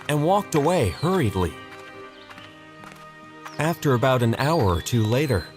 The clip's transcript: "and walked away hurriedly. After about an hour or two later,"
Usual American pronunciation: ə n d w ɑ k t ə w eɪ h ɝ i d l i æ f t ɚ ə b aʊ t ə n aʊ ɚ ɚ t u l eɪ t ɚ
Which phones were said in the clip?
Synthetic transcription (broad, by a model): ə n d w ɑ k t ə w eɪ h ɝ i d l i æ f t ɚ ə b aʊ t ə n aʊ ɚ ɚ t u l eɪ t ɚ